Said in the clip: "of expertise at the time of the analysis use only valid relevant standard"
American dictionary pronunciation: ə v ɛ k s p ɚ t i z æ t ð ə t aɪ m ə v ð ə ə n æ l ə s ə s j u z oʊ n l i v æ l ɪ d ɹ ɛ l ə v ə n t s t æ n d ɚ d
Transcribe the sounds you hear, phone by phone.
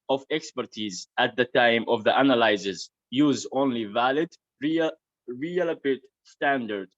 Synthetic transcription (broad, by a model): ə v ɛ k s p ɚ t i z æ t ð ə t aɪ m ə v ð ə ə n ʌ l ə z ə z j u z oʊ n l i v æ l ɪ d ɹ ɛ l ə p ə t s t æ n d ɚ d